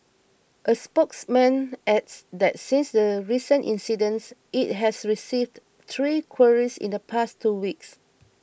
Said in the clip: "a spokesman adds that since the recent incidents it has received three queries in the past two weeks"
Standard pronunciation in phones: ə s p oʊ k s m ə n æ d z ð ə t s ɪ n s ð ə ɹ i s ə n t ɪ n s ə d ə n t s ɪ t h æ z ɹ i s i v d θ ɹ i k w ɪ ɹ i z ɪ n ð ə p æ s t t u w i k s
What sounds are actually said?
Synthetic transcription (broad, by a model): ə s p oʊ k s m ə n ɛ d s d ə t s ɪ n s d ə ɹ i s ə n t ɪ n s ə d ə n s ɪ t h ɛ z ɹ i s i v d t ɹ i k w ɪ ɹ i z ɪ n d ə p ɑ s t t u w i k s